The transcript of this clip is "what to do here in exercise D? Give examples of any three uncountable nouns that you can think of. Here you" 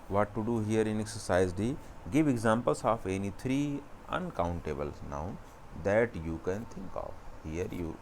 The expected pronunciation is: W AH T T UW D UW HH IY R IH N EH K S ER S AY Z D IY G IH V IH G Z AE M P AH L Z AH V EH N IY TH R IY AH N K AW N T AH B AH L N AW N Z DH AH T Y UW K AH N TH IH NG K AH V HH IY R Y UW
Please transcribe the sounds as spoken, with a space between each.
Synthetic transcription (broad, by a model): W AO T T UW D UW HH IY R IH N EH K S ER S AY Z D IY G IH V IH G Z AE M P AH L S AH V EH N IY T R IY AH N K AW N T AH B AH L N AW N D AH T Y UW K AH N T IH NG K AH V HH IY R Y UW